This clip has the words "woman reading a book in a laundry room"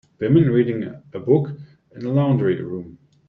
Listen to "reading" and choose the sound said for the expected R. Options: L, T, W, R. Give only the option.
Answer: R